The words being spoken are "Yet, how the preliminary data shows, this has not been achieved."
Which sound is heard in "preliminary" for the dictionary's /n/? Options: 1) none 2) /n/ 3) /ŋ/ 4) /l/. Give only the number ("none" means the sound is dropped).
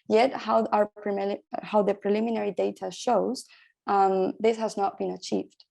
2